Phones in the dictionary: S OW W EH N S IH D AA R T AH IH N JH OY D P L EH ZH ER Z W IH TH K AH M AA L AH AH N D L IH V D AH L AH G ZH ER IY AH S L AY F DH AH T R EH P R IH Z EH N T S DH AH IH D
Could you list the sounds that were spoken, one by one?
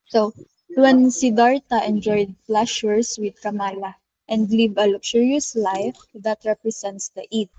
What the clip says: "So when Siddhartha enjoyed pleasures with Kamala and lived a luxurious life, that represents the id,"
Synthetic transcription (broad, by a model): S OW W EH N S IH D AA R T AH IH N JH OY D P L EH SH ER S W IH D K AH M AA L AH AH N D L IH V AH L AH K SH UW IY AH S L AY F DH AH T R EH P R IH S EH N T S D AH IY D